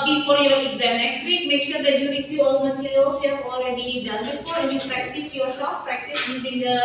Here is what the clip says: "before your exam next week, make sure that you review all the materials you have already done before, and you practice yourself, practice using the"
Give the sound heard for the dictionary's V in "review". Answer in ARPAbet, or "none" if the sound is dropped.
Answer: F